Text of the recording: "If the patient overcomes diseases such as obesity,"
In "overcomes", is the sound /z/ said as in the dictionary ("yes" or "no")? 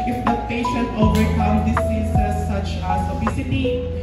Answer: no